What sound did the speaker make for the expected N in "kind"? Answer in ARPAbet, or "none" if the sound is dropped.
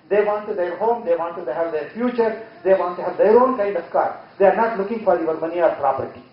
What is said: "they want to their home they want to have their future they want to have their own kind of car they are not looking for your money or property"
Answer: none